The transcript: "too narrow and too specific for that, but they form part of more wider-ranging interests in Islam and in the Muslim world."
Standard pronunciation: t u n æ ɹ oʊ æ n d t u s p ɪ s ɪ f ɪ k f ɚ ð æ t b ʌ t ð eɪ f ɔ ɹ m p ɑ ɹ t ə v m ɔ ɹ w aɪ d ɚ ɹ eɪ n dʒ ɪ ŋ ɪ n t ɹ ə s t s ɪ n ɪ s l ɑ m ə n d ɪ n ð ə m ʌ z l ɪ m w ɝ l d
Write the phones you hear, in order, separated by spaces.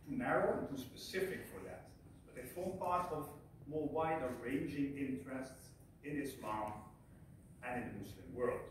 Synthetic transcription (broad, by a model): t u n æ ɹ oʊ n t u s p ɪ s ɪ f ɪ k f ɚ ð æ t b ʌ t ð eɪ f ɔ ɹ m p ɑ ɹ t ə v m ɔ ɹ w aɪ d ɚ ɹ eɪ n dʒ ɪ ŋ ɪ n t ɹ ə s t s ɪ n ɪ s l ɑ m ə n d ɪ n ð ə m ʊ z l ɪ m w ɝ l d